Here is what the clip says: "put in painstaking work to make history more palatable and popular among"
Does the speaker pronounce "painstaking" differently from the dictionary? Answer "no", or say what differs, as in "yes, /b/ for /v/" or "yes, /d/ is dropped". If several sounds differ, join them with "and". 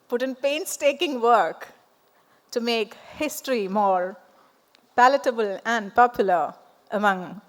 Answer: no